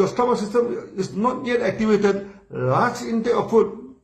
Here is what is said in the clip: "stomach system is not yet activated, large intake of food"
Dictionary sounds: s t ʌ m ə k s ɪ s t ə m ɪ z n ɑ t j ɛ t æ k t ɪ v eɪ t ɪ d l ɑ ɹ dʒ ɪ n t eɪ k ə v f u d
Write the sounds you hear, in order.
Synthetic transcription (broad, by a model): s t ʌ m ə s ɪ s t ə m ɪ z n ɑ t j ɛ t æ k t ɪ v eɪ t ɪ d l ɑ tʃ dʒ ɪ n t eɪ ə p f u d